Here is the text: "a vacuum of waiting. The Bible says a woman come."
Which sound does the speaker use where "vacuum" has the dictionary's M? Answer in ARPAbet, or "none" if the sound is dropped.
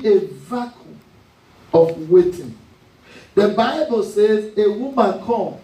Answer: none